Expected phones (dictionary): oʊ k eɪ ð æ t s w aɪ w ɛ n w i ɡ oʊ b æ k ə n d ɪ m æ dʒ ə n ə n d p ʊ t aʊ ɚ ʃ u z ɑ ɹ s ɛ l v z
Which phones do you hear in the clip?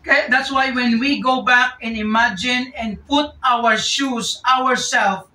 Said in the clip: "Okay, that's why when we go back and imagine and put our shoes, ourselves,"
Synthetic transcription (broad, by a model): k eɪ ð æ t s w aɪ w ɛ n w i ɡ oʊ b æ k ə n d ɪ m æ dʒ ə n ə n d p ʊ t aʊ ɚ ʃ u s ɑ ɹ s ɛ l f